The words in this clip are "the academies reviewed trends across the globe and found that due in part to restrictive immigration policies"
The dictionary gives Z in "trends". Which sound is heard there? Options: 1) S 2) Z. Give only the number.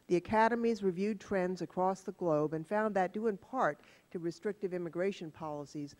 2